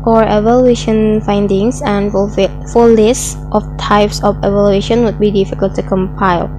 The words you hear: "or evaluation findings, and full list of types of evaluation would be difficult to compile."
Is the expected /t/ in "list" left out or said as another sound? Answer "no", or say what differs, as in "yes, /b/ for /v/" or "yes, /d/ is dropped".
no